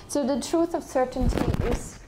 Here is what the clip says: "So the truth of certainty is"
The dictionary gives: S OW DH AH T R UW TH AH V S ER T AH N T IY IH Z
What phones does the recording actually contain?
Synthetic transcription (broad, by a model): S OW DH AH T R UW T AH V S ER T AH N T IY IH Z